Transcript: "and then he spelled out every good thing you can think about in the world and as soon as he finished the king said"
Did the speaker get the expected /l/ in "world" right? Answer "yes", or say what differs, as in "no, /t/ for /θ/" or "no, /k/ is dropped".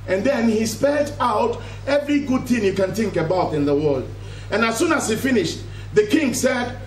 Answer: yes